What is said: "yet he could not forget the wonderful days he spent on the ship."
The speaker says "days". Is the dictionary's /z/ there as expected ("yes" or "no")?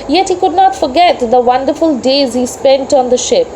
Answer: yes